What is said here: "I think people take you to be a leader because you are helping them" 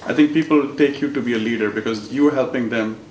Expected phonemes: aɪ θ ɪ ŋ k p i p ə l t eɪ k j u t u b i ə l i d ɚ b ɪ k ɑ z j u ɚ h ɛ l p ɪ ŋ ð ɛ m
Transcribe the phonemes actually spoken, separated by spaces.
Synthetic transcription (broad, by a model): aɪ t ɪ ŋ k p i p ə l t eɪ k j u t u b i ə l i d ɚ b ɪ k ɑ z j u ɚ h ɛ l p ɪ ŋ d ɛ m